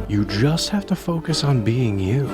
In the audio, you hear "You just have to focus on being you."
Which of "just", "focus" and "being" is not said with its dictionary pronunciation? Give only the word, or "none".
none